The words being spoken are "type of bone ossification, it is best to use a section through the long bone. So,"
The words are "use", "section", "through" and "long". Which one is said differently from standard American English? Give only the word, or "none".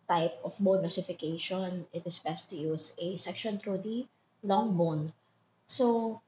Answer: through